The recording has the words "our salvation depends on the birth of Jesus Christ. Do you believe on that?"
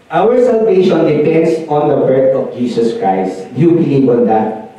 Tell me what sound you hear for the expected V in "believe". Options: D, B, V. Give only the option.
B